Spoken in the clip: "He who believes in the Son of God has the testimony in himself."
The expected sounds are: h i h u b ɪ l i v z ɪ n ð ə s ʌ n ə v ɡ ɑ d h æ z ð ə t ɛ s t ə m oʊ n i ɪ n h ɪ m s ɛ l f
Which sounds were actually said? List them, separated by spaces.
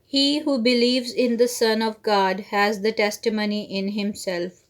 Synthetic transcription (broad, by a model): h i h u b ɪ l i v z ɪ n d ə s ʌ n ə v ɡ ɑ d h æ z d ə t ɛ s t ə m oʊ n i ɪ n h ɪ m s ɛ l f